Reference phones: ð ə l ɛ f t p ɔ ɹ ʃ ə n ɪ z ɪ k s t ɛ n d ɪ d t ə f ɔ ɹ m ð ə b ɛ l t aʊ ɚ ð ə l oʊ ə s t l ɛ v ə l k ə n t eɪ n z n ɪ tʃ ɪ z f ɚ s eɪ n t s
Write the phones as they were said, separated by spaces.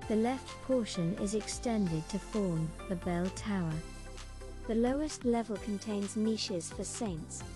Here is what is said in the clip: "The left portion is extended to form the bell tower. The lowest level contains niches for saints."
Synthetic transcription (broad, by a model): ð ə l ɛ f t p ɔ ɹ ʃ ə n ɪ z ɪ k s t ɛ n d ɪ d t ə f ɔ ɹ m ð ə b ɛ l t aʊ ɚ ð ə l oʊ ə s t l ɛ v ə l k ə n t eɪ n z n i ʃ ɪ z f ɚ s eɪ n t s